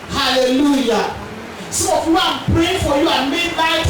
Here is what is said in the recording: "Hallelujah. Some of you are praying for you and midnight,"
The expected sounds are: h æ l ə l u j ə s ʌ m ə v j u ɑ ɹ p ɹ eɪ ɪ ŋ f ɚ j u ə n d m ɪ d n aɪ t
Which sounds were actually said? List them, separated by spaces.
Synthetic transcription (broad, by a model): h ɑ l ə l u j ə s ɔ ə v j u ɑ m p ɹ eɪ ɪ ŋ f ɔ j u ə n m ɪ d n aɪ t